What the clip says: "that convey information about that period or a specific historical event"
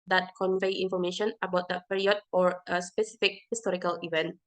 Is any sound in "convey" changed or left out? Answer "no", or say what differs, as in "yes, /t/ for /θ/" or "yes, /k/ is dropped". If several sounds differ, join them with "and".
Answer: no